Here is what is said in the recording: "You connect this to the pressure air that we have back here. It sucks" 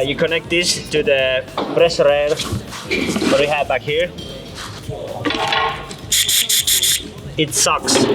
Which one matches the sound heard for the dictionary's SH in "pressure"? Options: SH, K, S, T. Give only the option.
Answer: S